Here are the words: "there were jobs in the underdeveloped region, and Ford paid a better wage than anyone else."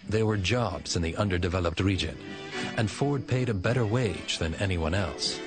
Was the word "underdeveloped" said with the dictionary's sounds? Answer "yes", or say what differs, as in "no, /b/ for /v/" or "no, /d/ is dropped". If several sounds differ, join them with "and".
yes